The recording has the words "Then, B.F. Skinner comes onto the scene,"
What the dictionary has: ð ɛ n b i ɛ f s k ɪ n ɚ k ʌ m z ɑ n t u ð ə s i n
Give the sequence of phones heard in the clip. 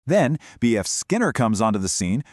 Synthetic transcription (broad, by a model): ð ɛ n b i ɛ f s k ɪ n ɚ k ʌ m z ɑ n t u ð ə s i n